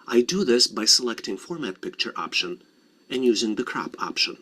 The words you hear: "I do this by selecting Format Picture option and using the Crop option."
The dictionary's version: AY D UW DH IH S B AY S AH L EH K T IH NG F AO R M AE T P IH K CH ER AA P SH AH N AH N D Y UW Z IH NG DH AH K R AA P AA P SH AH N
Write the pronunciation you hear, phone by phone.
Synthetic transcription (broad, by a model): AY D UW DH IH S B AY S AH L EH K T IH NG F AO R M AE T P IH K CH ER AA P SH AH N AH N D Y UW Z IH NG DH AH K R AA P AA P SH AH N